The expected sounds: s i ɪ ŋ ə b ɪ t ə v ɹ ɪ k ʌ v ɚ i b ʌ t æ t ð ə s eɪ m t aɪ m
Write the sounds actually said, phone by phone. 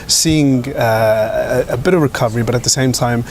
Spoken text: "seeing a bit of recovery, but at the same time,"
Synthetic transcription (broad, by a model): s i ɪ ŋ ə b ɪ t ə v ɹ ɪ k ʌ v ɚ i b ʌ t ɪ t ð ə s eɪ m t aɪ m